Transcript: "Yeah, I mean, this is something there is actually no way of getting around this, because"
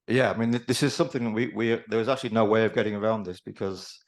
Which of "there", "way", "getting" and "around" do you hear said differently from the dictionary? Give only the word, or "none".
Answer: there